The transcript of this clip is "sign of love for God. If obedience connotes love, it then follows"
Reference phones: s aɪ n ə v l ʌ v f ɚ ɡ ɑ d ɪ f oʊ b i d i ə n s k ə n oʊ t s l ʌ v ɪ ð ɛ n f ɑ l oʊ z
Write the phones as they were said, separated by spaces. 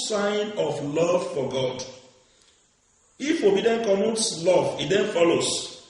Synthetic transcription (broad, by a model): s aɪ n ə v l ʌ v f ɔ ɡ ɑ d ɪ f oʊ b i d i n k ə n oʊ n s l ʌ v ɪ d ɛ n f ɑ l oʊ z